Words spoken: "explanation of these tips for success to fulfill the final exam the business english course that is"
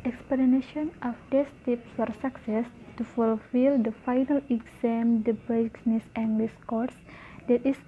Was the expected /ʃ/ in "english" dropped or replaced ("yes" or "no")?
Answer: yes